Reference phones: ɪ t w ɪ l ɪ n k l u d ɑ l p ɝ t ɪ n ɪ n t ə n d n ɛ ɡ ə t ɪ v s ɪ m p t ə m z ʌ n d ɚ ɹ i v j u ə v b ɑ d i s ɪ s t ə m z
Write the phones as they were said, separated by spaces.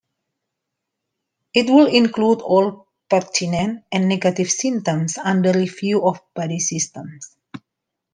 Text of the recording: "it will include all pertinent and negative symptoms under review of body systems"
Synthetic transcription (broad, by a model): ɪ t w ɪ l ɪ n k l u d ɑ l p ɝ t ɪ n ɪ n t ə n n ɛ ɡ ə t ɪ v s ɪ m t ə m s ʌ n d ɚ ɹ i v j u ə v b ɑ d i s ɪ s t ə m s